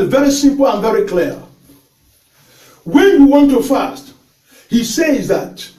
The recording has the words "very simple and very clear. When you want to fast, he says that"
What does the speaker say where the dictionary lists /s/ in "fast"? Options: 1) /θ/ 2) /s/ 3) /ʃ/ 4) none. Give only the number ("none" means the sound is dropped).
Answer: 2